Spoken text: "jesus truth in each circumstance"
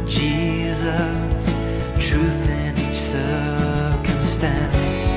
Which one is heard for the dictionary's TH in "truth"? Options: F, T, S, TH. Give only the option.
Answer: TH